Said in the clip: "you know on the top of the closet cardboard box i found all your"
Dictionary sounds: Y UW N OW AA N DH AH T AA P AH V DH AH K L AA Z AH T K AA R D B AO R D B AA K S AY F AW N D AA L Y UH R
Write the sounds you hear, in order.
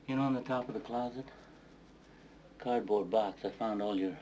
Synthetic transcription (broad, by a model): Y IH N OW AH N DH AH T AA P AH V DH AH K L AA Z AH T K AA R D B AO R D B AA K S AY F AW N D AA L Y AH R